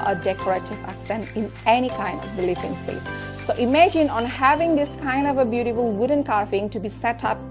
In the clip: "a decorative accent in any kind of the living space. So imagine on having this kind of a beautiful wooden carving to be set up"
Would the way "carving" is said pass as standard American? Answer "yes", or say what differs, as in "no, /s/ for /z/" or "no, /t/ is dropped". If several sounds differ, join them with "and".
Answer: no, /f/ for /v/